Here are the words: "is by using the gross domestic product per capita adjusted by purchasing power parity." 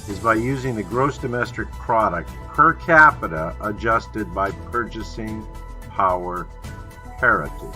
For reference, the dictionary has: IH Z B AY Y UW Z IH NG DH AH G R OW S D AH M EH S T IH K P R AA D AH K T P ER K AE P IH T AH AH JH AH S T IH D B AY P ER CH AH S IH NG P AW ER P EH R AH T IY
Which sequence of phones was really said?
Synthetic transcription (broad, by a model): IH Z B AY Y UW Z IH NG DH AH G R OW S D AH M EH S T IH K P R AA D AH K T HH ER K AE P IH T AH AH JH AH S T IH D B AY P ER CH AH S IH NG P AW ER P EH R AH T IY